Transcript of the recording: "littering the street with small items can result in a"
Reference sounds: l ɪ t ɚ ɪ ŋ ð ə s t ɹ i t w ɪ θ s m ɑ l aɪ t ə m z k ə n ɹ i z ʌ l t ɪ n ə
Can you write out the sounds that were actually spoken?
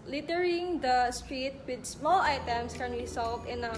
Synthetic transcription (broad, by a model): l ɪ t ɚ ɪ ŋ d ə s t ɹ i t w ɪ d s m ɑ l aɪ t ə m s k ə n w i s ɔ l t ɪ n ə